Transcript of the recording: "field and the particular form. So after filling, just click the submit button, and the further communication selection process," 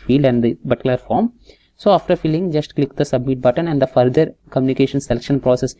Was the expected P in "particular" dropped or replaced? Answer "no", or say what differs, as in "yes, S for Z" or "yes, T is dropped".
yes, B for P